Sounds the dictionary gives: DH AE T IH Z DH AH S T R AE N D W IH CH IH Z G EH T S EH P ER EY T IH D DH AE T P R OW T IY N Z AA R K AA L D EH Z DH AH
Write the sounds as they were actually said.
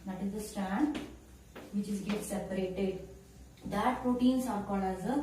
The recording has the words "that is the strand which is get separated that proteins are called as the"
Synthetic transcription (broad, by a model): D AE T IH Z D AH S T AE N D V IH CH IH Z G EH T S EH P ER EY T IH D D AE T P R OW T IY N S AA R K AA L EH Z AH